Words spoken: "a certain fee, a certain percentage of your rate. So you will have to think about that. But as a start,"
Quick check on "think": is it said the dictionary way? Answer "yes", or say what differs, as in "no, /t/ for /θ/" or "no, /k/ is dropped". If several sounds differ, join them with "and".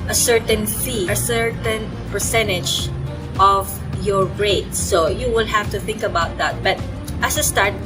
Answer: yes